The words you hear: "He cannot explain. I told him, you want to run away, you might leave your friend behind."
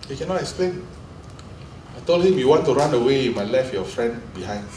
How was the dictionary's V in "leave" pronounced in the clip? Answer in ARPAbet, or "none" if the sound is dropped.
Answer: F